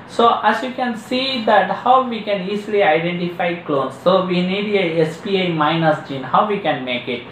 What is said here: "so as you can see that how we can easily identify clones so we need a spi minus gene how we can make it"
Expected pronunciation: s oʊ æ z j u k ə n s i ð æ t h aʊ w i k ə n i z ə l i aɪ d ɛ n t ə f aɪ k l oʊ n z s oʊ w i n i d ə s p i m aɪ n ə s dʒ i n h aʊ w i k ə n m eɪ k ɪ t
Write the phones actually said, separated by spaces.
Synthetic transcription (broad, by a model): s oʊ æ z j u k ə n s i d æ t h aʊ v i k ə n i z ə l i aɪ d ɛ n t ə f aɪ k l oʊ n s oʊ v i n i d ə s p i m aɪ n ə s dʒ i n h aʊ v i k ə n m eɪ k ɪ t